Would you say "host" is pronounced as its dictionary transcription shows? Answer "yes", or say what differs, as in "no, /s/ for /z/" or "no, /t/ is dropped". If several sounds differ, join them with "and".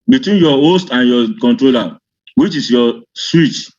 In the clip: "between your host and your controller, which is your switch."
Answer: yes